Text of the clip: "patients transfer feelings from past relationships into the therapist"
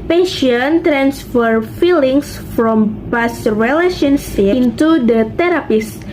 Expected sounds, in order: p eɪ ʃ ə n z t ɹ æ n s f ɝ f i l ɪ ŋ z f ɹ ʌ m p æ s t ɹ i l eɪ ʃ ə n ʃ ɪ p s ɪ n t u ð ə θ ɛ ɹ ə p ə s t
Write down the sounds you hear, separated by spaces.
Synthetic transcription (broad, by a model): p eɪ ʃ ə n t ɹ æ n s f ɝ f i l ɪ ŋ s f ɹ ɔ m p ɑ s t ɹ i l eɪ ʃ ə n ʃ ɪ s ɪ n t u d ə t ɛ ɹ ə p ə s